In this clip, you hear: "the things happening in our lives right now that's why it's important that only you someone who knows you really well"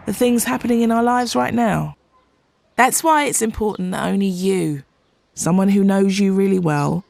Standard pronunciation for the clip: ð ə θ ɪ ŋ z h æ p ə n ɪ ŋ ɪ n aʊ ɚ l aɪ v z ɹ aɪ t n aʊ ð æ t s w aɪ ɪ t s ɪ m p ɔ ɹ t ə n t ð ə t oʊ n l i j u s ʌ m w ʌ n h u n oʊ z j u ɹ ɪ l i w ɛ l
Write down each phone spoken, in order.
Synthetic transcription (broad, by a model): ð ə θ ɪ ŋ z h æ p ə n ɪ ŋ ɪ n aʊ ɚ l aɪ v z ɹ aɪ t n aʊ ð æ t s w aɪ ɪ t s ɪ m p ɔ ɹ t n ð ə t oʊ n l i j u s ʌ m w ʌ n h u n oʊ z j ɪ ɹ ɪ l i w ɛ l